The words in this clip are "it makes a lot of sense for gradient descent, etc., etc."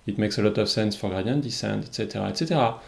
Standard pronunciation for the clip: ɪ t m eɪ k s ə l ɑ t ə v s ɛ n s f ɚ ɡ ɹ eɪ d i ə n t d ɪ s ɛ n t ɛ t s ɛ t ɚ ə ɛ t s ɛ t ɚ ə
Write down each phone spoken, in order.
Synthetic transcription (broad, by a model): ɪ t m eɪ k s ə l ɑ t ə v s ɛ n s f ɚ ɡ ɑ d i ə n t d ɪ s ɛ n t ɛ t s ɛ t ɚ ə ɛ t s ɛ t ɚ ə